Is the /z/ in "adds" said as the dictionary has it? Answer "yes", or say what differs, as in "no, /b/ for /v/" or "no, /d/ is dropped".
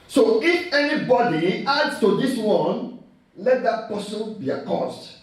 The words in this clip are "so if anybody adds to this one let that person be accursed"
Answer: no, /s/ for /z/